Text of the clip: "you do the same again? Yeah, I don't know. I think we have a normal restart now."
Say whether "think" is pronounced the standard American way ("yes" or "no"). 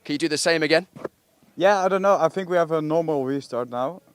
yes